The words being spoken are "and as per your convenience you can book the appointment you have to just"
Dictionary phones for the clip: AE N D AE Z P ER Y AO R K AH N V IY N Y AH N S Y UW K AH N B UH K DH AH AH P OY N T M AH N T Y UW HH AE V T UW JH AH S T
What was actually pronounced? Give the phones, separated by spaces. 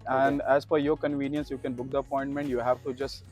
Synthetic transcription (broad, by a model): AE N D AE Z F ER Y AO R K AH N V IY N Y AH N S Y UW K AH N B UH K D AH AH P OY N T M AH N T Y UW HH AE V T UW JH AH S T